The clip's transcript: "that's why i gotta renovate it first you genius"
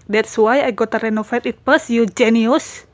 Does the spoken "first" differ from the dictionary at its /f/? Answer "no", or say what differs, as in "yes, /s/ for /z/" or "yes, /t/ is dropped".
yes, /p/ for /f/